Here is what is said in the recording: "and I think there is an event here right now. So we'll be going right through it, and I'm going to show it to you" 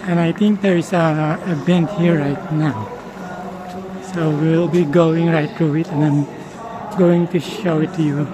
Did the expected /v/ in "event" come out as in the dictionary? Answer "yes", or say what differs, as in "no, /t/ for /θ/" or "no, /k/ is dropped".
no, /b/ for /v/